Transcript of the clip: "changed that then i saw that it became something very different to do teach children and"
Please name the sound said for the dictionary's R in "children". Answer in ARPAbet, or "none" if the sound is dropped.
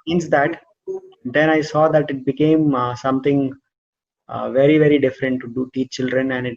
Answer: R